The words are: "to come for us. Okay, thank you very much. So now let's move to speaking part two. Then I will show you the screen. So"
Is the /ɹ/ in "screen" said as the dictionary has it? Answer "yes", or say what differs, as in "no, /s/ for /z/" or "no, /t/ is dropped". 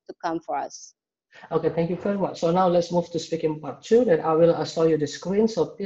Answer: yes